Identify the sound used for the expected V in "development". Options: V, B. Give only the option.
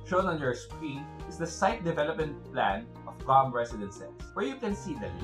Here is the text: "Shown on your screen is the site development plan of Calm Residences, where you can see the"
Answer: V